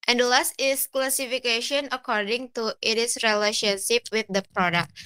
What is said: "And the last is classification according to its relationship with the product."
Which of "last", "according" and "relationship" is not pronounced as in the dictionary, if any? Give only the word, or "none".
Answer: none